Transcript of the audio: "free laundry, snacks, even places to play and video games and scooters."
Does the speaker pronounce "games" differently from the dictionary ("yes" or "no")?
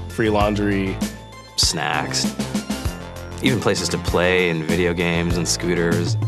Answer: no